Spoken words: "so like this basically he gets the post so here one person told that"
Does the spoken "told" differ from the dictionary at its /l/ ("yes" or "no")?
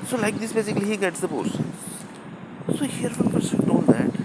yes